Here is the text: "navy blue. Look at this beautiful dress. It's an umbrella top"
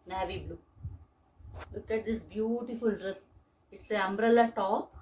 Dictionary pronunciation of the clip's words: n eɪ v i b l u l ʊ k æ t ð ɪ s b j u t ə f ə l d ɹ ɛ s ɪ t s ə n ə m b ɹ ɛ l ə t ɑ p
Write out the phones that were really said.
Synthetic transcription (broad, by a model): n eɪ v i b l u l ʊ k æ t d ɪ s b j u t ə f ə l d ɹ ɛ s ɪ t s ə ə m b ɹ ɛ l ə t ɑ p